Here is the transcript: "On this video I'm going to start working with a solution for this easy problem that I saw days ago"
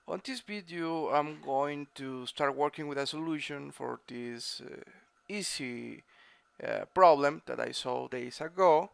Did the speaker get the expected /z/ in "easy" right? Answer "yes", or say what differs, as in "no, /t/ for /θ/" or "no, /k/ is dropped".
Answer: no, /s/ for /z/